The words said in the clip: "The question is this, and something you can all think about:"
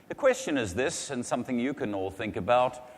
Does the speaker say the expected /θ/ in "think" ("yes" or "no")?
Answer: yes